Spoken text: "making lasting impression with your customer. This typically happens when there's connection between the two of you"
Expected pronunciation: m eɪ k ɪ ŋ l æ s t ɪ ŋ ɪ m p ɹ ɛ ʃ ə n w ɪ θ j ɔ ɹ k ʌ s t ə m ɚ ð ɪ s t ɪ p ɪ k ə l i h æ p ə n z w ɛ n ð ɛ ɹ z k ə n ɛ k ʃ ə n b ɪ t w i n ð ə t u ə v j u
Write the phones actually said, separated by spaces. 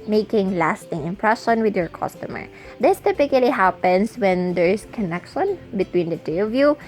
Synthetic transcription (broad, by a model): m eɪ k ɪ ŋ l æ s t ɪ ŋ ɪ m p ɹ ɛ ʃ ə n w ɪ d j ɔ ɹ k ʌ s t ə m ɚ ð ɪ s t ɪ p ɪ k ə l i h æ p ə n s w ɛ n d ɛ ɹ s k ə n ɛ k ʃ ə n b ɪ t w i n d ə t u ə v j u